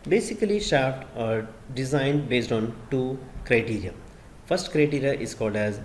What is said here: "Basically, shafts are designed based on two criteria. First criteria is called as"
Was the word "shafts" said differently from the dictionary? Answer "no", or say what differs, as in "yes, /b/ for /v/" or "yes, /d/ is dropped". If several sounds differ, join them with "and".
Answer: yes, /s/ is dropped